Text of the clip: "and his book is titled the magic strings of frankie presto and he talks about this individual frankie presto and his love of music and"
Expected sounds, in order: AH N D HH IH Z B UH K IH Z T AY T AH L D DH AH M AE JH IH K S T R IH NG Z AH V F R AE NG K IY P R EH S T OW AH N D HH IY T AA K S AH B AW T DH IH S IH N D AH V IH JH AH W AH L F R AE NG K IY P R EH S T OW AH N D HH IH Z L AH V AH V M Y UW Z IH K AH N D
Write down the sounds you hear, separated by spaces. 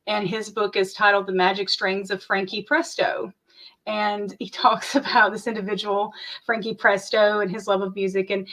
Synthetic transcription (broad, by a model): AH N IH Z B UH K IH Z T AY T L D DH AH M AE JH IH K S T R IH NG Z AH V F R AE NG K IY P R EH S T OW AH N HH IY T AA K S AH B AW T DH IH S IH N D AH V IH JH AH W L F R AE NG K IY P R EH S T OW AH N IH Z L AH V AH V M Y UW Z IH K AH N